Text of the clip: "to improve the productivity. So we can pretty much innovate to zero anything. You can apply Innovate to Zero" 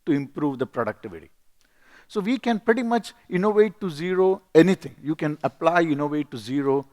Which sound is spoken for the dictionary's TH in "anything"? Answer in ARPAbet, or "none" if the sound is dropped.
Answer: T